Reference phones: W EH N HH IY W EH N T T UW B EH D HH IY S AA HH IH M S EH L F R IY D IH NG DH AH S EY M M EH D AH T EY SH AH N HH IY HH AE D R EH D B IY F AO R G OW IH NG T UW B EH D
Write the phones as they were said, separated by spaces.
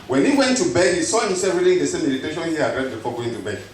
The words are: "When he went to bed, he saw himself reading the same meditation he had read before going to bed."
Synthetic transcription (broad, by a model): W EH N HH IY W EH N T T UW B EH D HH IY S AA HH IH M S EH L F R IY D IH NG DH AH S EY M M EH D AH T EY SH AH N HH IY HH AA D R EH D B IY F AO G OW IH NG T UW B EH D